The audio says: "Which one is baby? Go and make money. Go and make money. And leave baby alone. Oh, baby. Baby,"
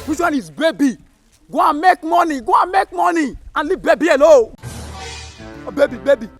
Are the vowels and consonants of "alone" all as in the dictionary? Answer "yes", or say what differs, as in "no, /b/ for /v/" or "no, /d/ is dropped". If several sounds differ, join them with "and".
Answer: no, /n/ is dropped